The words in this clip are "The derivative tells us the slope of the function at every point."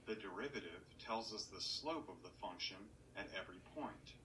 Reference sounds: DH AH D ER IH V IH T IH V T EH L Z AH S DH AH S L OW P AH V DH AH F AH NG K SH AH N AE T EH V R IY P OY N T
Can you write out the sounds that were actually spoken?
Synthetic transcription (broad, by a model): DH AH D ER IH V IH T IH V T EH L Z AH S DH AH S L OW P AH V DH AH F AH NG K SH AH N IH T EH V R IY P OY N T